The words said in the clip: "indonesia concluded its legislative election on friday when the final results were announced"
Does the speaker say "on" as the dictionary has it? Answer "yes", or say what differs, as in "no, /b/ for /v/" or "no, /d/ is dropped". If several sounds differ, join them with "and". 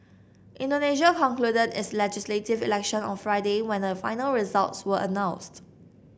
yes